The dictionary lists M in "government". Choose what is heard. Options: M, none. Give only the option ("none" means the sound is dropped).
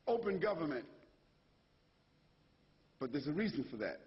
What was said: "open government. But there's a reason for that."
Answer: M